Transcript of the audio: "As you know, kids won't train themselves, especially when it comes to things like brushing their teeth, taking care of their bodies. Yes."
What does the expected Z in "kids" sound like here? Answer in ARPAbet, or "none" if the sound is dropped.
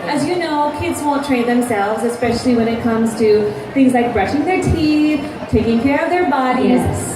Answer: Z